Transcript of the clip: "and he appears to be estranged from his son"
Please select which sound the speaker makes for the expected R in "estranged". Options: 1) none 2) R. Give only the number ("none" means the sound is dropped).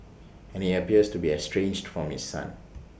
2